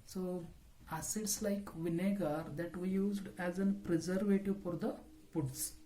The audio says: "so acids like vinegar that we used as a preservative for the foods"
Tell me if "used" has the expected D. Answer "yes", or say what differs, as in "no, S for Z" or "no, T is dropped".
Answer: yes